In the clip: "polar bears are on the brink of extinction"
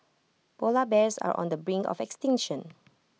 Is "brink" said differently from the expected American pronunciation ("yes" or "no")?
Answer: yes